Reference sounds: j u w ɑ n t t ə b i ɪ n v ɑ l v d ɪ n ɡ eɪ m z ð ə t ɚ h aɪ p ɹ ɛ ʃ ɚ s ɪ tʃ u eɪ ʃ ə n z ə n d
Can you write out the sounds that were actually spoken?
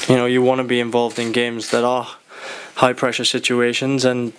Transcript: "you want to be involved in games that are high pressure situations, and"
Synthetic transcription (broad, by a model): j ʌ w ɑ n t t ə b i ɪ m v ɑ l v d ɪ n ɡ eɪ m z ð ə t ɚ h aɪ p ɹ ɛ ʃ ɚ s ɪ tʃ u eɪ ʃ ə n z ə n